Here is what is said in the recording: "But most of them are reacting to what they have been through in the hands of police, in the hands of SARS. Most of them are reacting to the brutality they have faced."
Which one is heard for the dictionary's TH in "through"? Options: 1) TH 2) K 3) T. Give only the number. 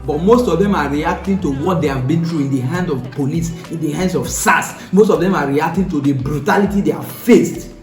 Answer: 3